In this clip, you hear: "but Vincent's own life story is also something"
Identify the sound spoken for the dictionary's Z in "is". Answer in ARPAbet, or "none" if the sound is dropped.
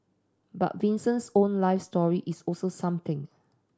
S